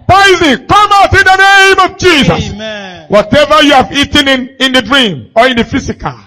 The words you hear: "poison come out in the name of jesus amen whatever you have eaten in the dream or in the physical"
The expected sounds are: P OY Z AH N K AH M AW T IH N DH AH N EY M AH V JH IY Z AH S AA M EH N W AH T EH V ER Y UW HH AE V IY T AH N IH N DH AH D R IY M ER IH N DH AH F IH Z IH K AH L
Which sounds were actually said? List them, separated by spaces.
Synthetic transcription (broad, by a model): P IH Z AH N K AH M AW T IH N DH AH N EY M AH V JH IY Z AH S W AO T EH V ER Y UW HH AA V IY T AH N IH N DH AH D R IY M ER IH N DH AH F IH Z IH K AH L